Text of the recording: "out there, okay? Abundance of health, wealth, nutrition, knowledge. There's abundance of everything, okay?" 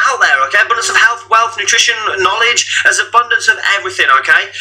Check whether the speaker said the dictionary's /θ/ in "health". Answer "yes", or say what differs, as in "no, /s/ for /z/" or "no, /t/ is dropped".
yes